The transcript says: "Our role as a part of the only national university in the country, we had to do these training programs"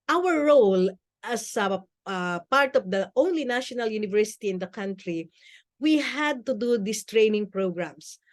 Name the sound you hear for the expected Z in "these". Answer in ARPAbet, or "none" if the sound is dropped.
S